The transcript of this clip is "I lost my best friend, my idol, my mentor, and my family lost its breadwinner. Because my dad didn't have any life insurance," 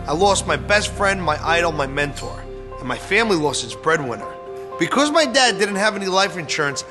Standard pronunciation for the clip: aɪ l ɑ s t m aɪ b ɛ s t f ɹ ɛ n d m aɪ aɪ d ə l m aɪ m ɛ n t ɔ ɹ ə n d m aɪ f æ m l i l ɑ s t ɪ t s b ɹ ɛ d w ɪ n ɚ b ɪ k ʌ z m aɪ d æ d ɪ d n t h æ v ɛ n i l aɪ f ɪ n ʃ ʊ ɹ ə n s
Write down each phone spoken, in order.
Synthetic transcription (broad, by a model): aɪ l ɑ s t m aɪ b ɛ s t f ɹ ɛ n d m aɪ aɪ d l m aɪ m ɛ n t ɔ ɹ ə n m aɪ f æ m l i l ɑ s t ɪ t s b ɹ ɛ d w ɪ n ɚ b ɪ k ʌ z m aɪ d æ d ɪ d n t h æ v ɛ n i l aɪ f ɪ n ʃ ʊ ɹ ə n s